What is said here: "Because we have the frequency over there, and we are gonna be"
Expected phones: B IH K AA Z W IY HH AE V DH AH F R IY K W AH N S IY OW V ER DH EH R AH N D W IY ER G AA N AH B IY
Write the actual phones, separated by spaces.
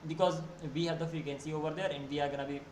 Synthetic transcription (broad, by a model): B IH K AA Z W IY HH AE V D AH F IY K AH N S IY OW V ER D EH R AH N D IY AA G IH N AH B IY